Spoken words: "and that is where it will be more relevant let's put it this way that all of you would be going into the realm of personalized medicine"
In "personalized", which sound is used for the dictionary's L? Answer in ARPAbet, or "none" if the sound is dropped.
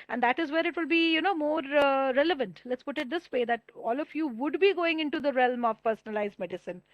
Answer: L